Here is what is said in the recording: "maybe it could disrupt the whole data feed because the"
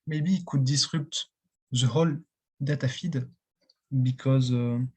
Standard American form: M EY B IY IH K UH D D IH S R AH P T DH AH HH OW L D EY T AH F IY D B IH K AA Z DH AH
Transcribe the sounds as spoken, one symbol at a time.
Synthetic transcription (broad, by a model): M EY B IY K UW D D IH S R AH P T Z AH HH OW L D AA T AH F IY D B IH K AA Z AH